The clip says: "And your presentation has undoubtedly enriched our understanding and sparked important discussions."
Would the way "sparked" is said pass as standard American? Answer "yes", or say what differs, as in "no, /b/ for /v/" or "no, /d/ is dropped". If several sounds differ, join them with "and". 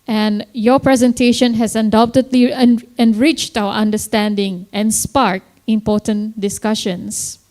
no, /t/ is dropped